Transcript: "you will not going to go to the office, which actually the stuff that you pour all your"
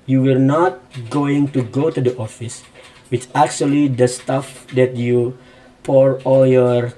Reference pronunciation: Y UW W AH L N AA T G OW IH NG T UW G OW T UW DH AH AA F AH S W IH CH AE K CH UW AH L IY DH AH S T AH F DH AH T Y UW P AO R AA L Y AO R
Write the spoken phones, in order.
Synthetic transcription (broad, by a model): Y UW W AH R N AA T G OW IH NG T UW G OW T UW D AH AA F AH S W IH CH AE K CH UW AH L IY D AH S T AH F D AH T Y UW P AO R AA L Y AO R